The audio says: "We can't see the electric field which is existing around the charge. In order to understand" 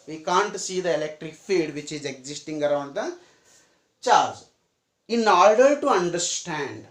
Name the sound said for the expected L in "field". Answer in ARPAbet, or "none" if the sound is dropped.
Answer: none